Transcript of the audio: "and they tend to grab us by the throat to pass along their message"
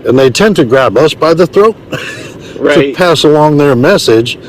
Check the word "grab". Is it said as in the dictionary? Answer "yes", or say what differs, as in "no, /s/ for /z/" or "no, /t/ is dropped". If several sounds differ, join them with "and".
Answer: yes